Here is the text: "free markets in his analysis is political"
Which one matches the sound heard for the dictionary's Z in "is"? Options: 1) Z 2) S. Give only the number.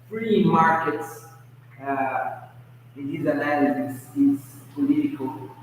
2